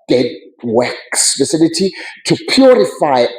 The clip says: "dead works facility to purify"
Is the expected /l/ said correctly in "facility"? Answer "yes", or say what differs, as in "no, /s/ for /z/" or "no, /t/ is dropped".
no, /n/ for /l/